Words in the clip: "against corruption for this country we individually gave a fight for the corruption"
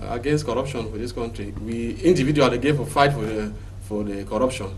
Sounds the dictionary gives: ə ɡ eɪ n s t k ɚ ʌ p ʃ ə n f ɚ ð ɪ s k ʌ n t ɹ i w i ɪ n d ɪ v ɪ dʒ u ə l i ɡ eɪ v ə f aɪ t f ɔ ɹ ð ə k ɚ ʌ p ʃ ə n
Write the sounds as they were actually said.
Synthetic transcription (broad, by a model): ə ɡ eɪ n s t k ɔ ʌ p ʃ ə n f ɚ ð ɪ s k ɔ n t ɹ i w i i n d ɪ v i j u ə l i ɡ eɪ f ə f aɪ t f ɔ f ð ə k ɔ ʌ p ʃ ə n